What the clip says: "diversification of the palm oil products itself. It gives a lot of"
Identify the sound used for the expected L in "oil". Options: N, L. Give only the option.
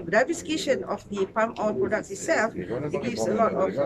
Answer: N